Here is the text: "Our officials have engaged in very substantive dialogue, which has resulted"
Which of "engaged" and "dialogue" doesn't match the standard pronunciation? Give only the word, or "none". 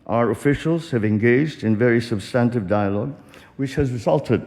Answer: none